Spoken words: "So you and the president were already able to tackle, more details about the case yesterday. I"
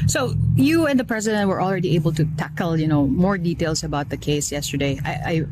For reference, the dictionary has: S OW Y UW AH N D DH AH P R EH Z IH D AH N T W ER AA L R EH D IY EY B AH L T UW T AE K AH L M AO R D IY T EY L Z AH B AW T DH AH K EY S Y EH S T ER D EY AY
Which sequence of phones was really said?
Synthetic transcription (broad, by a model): S OW Y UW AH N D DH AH P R EH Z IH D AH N T W ER AA L R EH D IY EY B AH L T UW T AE K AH N M AO R D IY T EY L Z AH B AW T DH AH K EY S Y EH S T ER D EY AY